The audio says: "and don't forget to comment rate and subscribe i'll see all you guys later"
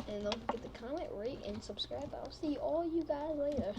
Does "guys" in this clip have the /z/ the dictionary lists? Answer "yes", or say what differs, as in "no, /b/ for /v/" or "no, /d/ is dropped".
yes